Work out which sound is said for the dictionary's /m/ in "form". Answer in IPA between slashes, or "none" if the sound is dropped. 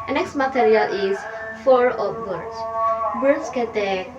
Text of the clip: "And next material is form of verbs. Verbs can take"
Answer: none